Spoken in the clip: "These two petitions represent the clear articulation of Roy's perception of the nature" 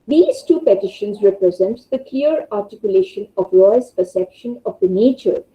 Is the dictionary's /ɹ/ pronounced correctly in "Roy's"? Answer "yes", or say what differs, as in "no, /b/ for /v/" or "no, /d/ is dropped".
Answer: no, /w/ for /ɹ/